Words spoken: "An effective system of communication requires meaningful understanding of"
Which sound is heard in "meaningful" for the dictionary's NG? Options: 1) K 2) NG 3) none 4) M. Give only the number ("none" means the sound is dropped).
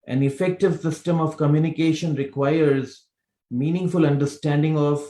2